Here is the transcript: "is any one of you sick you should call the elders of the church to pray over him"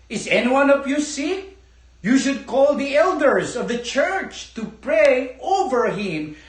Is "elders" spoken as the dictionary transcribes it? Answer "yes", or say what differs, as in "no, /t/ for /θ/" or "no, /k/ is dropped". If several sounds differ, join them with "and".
yes